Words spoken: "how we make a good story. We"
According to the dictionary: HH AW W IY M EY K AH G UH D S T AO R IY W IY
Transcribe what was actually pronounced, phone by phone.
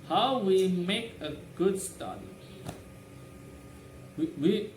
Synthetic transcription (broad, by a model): HH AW W IY M EY K AH G UH D S T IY W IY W IY